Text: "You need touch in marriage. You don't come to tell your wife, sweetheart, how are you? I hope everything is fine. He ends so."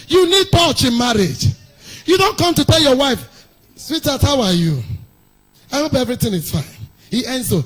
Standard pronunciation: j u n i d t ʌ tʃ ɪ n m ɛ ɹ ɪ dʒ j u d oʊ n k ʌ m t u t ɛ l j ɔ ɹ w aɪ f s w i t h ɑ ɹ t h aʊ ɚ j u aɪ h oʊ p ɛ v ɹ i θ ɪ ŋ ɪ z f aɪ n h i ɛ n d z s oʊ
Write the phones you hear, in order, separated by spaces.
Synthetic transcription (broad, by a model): j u n i d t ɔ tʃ ɪ n m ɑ ɹ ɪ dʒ j u d oʊ n k ʌ m t u t ɛ l j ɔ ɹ w aɪ f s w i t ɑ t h aʊ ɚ j u aɪ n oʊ b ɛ v ɹ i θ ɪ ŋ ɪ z f aɪ n h i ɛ n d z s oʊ